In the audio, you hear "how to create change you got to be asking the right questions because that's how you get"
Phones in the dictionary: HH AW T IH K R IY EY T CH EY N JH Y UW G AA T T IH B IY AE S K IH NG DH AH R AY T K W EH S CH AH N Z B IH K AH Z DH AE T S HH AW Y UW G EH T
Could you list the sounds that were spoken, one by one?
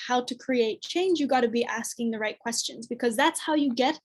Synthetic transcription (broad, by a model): HH AW T IH K R IY EY T CH EY N JH Y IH G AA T T IH B IY AE S K IH NG DH AH R AY T K W EH S CH AH N Z B IH K AH Z DH AE T S HH AW Y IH G EH T